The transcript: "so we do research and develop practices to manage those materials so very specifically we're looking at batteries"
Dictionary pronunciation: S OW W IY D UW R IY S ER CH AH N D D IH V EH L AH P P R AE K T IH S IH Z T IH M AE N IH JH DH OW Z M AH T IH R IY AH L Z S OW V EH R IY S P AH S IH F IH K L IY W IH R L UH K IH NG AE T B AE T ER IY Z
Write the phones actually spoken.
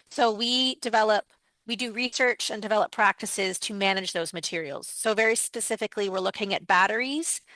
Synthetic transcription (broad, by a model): S OW W IY D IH R IY S ER CH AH N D D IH V EH L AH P P R AE K T IH S IH Z T IH M AE N IH JH DH OW Z M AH T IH R IY L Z S OW V EH R IY S P AH S IH F IH K L IY W IH R L UH K IH NG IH T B AE T ER IY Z